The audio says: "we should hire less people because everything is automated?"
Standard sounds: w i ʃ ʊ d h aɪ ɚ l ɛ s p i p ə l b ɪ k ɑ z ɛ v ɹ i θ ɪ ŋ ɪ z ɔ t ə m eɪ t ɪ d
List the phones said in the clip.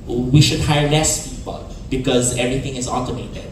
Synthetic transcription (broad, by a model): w i ʃ ʊ d h aɪ ɚ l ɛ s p i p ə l b ɪ k ɑ z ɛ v ɹ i t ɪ ŋ ɪ z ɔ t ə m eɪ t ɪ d